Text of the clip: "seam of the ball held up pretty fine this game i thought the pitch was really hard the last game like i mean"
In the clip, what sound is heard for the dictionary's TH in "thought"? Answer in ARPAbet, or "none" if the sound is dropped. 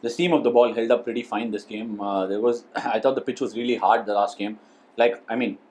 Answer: T